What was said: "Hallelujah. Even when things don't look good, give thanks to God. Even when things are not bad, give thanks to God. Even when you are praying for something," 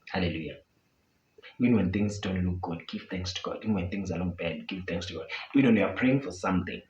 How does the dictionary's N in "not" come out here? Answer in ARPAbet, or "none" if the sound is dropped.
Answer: L